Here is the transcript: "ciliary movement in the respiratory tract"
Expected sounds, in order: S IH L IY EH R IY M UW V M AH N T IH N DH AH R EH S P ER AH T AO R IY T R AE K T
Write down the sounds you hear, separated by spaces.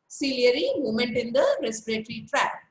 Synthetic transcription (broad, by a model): S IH L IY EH R IY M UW M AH N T IH N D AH R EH S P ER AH T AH R IY T R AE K